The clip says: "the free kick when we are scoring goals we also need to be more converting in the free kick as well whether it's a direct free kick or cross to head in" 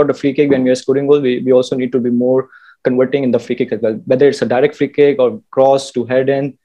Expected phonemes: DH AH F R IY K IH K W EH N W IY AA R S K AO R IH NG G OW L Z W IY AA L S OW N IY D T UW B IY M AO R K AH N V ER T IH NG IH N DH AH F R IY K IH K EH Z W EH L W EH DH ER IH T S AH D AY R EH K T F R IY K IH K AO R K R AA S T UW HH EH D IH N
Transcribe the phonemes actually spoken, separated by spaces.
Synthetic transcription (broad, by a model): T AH F R IY K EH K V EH N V IY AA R S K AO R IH NG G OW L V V IY AA L S OW N IY D T UW B IY M AO R K AH N V ER T IH NG IH N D AH F R IY K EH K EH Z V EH L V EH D ER IH T S AH D AY R EH K T F R IY K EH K AO R K R AA S T UW HH EH D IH N